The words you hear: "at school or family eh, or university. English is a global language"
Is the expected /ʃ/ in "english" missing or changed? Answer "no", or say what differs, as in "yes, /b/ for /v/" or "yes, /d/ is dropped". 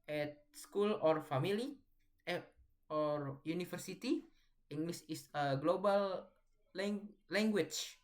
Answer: yes, /s/ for /ʃ/